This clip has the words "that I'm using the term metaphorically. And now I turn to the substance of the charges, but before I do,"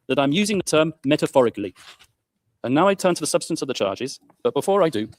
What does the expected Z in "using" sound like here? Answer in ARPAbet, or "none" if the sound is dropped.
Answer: Z